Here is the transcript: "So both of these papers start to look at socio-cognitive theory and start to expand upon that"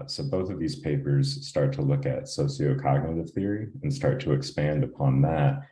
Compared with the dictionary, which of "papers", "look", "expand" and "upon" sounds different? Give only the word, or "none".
none